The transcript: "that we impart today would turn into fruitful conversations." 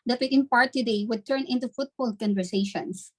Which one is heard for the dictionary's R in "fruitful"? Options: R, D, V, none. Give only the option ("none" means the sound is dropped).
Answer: none